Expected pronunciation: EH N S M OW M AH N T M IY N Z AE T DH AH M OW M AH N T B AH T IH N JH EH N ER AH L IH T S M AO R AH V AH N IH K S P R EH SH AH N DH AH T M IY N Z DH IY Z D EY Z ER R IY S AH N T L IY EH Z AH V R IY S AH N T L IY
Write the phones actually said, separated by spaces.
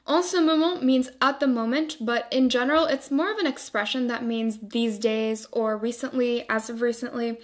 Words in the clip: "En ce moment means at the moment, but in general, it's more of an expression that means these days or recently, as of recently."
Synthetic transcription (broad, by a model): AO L S OW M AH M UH M IY N Z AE T DH AH M OW M AH N T B AH T IH N JH EH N ER L IH T S M AO R AH V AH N IH K S P R EH SH AH N DH AH T M IY N Z DH IY Z D EY Z ER R IY S AH N T L IY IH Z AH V R IY S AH N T L IY